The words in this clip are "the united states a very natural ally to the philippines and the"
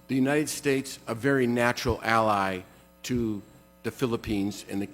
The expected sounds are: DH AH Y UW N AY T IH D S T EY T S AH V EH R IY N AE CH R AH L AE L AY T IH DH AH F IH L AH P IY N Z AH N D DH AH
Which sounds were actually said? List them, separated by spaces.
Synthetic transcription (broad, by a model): DH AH Y UW N AY T IH D S T EY T S AH V EH R IY N AE CH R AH L AE L AY T IH DH AH F IH L AH P IY N Z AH N DH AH